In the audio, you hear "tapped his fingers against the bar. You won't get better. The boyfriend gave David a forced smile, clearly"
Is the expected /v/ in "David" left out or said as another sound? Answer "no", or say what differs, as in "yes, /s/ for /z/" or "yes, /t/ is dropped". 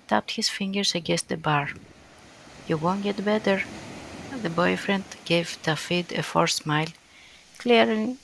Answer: yes, /f/ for /v/